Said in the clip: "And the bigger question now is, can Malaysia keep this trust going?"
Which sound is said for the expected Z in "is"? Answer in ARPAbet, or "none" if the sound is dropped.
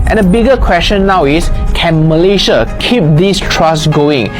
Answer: S